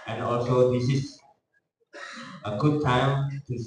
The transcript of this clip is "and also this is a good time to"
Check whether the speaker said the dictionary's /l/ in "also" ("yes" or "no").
yes